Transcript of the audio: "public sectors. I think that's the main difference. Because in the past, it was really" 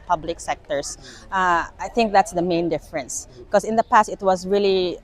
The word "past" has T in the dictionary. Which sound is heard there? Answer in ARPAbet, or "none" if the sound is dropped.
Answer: T